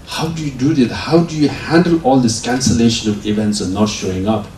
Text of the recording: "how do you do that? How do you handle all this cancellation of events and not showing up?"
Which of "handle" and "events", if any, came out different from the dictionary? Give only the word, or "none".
none